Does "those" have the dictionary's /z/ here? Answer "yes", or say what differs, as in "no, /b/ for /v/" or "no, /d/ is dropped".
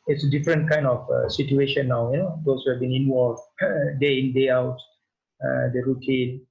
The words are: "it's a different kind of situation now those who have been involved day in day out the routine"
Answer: no, /s/ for /z/